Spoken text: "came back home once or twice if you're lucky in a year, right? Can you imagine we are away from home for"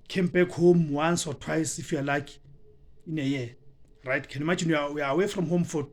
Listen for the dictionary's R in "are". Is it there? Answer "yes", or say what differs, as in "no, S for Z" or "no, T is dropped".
no, W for R